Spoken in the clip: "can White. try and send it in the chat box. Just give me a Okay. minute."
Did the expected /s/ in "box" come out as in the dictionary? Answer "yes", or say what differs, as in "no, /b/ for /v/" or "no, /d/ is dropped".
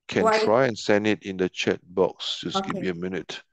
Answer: yes